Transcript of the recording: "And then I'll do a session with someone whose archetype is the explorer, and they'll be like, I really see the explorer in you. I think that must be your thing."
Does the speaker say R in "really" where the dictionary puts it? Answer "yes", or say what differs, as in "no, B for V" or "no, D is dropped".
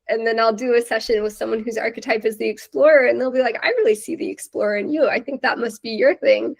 yes